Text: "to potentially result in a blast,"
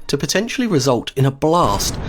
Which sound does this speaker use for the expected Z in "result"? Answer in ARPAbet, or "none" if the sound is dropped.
Z